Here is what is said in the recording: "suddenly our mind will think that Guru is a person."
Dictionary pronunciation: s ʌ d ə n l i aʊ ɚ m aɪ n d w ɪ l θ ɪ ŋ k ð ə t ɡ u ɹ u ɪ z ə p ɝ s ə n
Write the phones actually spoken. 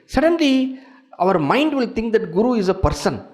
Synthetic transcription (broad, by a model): s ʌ d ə n l i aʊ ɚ m aɪ n d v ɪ l t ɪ ŋ k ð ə t ɡ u ɹ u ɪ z ə p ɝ s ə n